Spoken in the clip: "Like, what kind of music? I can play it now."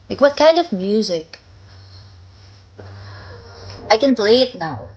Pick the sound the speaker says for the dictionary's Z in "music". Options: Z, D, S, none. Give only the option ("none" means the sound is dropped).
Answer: Z